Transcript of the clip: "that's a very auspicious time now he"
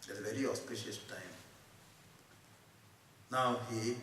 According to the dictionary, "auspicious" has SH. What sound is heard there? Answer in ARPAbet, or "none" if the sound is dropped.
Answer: SH